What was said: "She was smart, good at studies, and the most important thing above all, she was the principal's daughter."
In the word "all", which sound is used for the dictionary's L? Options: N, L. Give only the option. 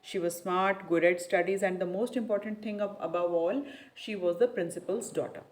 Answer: L